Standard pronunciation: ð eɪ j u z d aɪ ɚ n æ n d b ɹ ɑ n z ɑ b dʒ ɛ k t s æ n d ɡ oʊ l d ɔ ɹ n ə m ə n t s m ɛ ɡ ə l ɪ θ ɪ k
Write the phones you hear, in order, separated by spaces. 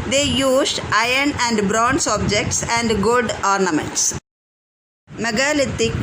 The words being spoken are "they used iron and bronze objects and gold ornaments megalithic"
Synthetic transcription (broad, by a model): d eɪ j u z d aɪ ɚ n æ n d b ɹ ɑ n s ɑ b dʒ ɛ k t s æ n d ɡ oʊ d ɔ ɹ n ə m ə n t s m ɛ ɡ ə l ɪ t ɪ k